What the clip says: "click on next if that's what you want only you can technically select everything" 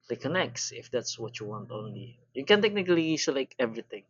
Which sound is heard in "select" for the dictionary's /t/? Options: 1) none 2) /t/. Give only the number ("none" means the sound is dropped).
1